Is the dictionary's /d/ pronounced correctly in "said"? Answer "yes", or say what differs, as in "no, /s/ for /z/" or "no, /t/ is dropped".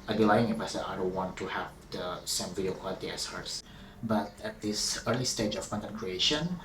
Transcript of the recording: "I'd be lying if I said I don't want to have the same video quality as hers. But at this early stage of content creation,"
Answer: no, /d/ is dropped